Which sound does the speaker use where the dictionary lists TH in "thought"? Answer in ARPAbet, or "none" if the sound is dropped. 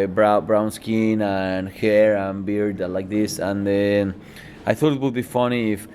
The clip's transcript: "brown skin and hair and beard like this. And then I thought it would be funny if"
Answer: TH